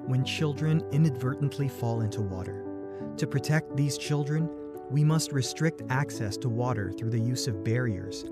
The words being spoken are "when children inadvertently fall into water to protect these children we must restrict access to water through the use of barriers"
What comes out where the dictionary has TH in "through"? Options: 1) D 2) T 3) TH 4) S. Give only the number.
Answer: 3